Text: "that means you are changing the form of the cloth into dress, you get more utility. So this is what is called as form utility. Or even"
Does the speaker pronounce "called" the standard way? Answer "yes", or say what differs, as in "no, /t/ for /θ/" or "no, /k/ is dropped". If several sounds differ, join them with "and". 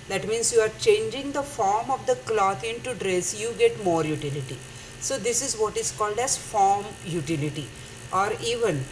yes